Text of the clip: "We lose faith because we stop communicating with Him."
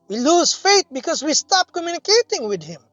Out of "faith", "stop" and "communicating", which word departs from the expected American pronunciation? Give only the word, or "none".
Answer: faith